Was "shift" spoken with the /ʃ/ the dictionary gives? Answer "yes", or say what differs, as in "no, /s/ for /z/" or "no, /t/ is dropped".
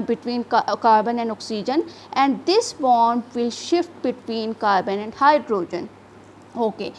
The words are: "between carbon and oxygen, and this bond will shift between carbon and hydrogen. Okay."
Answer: yes